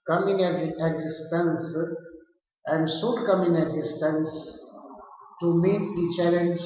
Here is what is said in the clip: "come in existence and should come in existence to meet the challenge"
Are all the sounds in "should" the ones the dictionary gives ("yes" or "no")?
no